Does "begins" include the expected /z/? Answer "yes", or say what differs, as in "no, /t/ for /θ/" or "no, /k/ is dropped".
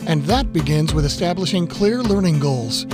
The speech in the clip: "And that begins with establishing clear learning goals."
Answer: yes